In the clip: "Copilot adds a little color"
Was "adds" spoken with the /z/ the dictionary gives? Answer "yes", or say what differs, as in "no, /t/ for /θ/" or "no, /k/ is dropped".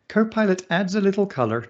yes